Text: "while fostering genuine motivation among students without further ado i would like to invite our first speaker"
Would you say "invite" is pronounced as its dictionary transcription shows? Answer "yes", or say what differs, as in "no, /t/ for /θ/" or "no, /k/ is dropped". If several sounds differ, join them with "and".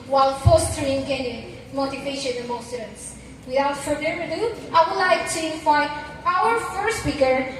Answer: no, /t/ is dropped